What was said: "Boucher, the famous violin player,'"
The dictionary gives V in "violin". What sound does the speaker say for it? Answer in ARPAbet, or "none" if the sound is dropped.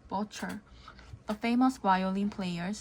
W